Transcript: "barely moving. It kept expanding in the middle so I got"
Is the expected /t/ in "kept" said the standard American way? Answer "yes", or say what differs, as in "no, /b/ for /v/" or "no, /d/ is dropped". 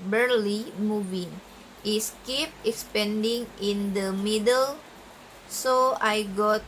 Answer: no, /t/ is dropped